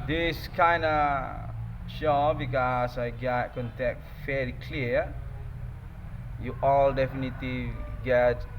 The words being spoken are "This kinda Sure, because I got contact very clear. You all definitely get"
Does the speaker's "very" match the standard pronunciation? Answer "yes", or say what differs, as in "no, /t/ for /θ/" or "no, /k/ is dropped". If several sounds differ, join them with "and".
no, /f/ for /v/ and /l/ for /ɹ/